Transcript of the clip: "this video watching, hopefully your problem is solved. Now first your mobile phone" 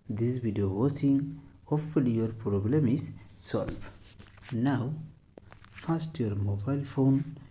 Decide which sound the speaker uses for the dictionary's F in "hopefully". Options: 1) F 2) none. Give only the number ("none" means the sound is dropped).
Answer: 1